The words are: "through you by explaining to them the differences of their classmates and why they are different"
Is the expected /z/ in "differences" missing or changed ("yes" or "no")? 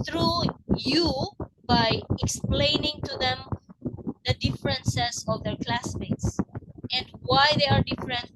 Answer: yes